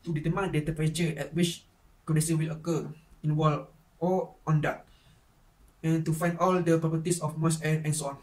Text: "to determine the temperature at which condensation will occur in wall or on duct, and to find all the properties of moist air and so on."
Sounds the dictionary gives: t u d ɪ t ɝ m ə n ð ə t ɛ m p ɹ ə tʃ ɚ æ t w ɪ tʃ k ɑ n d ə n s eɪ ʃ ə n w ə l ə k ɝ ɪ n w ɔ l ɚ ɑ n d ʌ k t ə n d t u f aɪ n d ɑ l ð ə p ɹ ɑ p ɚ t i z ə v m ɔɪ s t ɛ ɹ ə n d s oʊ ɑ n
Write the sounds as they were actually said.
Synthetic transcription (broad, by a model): t u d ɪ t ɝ m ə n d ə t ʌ p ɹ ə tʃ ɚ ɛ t w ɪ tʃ k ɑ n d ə s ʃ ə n w ə l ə k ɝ ɪ n w ɔ l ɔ ɑ n d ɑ t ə n t u f aɪ n d ɑ l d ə p ɹ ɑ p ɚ t i s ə f m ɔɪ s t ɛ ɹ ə n s oʊ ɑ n